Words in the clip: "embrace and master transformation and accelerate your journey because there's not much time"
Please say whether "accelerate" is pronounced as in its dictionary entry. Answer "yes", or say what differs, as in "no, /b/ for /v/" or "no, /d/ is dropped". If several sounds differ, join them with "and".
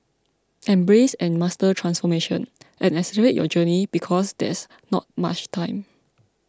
no, /k/ is dropped